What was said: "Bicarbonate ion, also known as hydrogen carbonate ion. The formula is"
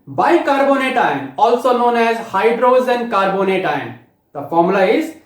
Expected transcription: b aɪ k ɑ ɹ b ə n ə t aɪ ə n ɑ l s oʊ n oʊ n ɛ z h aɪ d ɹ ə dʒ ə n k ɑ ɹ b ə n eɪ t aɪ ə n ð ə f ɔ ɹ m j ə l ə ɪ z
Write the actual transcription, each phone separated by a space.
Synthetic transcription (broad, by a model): b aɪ k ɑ ɹ b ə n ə t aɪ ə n ɑ l s oʊ n oʊ n ɛ z h aɪ d ɹ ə z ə n k ɑ ɹ b ə n eɪ t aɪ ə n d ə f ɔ ɹ m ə l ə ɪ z